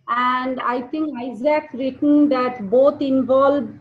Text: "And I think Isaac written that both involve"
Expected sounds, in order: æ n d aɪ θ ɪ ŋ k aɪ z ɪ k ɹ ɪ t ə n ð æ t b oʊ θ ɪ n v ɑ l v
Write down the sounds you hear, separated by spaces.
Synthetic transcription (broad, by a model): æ n d aɪ t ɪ ŋ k aɪ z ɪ k ɹ ɪ t ə n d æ t b oʊ t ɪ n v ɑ l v